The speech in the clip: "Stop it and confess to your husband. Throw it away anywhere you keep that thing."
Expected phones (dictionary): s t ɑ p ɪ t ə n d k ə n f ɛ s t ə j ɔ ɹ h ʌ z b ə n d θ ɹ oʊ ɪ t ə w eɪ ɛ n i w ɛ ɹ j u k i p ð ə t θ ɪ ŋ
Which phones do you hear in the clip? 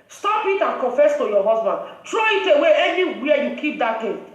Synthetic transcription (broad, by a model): s t ɑ p ɪ t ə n k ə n f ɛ s t ə j ɔ h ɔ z b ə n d t ɹ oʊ ɪ t ə w eɪ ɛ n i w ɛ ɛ j u k i p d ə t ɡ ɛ